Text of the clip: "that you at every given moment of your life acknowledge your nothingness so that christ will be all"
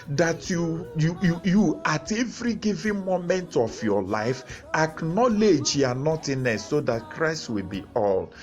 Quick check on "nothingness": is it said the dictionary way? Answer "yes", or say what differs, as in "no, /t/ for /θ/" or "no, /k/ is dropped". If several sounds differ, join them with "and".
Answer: no, /t/ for /θ/ and /ŋ/ is dropped